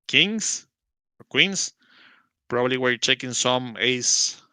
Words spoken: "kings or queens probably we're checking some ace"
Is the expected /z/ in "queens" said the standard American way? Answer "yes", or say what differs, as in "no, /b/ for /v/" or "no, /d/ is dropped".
no, /s/ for /z/